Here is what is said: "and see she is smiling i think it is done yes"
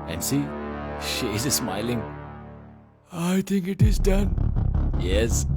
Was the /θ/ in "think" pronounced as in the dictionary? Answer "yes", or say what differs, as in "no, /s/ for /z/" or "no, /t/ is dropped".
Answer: no, /t/ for /θ/